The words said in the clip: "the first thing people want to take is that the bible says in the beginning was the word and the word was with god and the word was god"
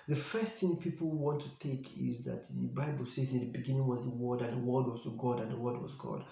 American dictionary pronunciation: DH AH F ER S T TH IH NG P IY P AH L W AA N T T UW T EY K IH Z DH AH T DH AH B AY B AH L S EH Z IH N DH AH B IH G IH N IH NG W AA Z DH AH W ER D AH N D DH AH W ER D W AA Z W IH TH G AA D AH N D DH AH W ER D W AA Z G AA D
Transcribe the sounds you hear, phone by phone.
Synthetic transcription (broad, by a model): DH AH F ER S T TH IH NG P IY P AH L W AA N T T UW T EY K IH Z DH AH T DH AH B AY B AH L S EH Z IH N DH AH B IH G IH N IH NG W AA Z DH AH W ER D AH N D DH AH W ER D W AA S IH G AA D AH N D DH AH W ER D W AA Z G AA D